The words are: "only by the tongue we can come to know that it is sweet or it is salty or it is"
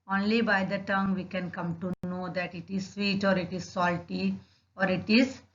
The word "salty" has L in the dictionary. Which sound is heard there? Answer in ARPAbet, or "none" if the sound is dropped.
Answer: L